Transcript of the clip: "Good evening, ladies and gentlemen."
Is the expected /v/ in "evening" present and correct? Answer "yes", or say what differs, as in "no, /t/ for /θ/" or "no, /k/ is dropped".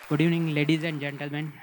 no, /v/ is dropped